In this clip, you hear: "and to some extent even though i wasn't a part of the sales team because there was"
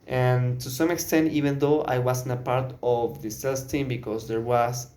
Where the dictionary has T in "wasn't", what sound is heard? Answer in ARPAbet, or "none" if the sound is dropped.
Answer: none